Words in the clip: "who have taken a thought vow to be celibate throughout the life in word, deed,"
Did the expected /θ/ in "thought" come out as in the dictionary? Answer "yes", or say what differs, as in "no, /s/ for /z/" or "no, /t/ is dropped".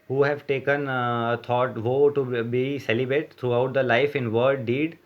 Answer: no, /t/ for /θ/